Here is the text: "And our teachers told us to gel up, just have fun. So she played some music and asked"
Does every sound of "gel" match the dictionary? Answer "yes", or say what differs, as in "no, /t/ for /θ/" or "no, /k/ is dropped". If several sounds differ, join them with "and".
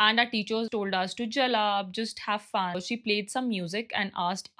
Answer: yes